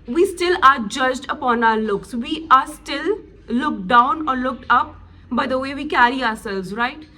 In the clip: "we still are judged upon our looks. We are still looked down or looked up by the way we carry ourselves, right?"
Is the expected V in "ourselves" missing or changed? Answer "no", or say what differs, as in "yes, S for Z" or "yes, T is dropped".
yes, V is dropped